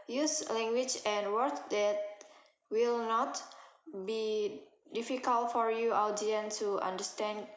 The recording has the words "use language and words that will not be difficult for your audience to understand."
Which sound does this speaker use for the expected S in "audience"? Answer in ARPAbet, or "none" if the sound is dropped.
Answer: none